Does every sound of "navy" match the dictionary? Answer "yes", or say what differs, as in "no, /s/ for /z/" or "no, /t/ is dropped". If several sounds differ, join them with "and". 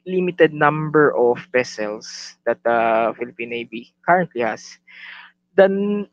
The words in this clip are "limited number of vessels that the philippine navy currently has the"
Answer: no, /b/ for /v/